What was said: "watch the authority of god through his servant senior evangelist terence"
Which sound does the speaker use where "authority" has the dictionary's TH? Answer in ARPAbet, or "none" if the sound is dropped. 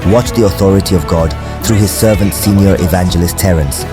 TH